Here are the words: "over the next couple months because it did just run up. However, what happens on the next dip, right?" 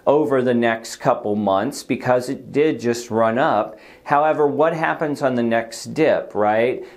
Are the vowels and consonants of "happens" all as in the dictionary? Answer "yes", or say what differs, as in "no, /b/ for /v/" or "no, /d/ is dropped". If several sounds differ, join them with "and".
yes